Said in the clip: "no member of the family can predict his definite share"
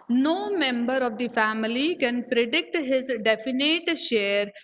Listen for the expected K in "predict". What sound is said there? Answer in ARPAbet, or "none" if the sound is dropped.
K